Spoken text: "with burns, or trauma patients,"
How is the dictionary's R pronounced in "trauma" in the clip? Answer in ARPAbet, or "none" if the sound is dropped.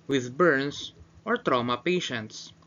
R